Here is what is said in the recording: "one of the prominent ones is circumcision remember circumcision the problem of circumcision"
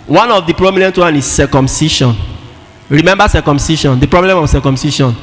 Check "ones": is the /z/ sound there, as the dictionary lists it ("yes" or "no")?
no